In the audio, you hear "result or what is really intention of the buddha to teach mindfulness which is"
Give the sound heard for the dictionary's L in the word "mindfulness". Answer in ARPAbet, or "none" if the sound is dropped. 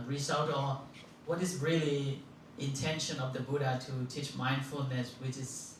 L